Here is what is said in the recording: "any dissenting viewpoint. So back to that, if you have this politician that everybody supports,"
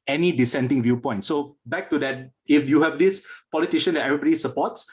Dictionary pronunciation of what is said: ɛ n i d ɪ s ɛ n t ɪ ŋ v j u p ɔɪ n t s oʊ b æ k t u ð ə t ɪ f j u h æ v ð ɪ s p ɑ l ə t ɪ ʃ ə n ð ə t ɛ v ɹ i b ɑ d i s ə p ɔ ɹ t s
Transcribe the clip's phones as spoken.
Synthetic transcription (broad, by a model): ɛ n i d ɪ s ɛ n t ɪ ŋ v j u p ɔɪ n t s oʊ b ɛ k t u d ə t ɪ f j u h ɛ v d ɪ s p ɑ l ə t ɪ ʃ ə n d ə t ɛ v ɹ i b ɑ d i s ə p ɔ t s